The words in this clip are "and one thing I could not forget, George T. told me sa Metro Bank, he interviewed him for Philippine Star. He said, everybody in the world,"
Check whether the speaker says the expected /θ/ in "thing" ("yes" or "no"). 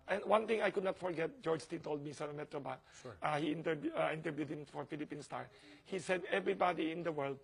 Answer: no